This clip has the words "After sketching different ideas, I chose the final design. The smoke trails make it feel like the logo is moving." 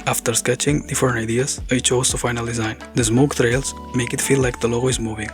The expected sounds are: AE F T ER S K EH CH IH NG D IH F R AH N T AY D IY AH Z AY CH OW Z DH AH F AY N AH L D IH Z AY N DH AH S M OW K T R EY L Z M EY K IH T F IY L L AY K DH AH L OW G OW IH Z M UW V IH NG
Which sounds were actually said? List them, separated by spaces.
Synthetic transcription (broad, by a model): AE F T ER S K EH CH IH NG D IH F AH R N AY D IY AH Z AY CH OW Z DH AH F AY N AH L D IH Z AY N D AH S M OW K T R EY L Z M EY K IH T F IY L L AY K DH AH L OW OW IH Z M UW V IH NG